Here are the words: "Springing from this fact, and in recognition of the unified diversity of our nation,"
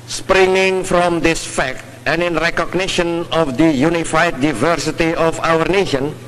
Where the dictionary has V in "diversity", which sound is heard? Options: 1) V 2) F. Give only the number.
1